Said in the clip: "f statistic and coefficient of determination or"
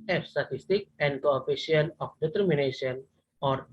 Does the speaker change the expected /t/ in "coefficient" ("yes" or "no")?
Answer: yes